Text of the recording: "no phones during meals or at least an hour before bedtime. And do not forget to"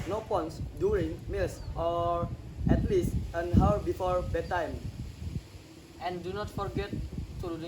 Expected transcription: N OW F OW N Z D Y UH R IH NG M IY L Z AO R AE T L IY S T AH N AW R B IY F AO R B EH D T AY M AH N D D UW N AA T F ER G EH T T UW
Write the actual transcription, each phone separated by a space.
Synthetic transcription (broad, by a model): N OW P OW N S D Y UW R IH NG M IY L S AO R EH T L IY S T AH N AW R B IY F AO R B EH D T AY M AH N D D UW N AA T F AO G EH T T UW